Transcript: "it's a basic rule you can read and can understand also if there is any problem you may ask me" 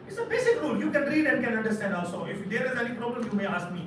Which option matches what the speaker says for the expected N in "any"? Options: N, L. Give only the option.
L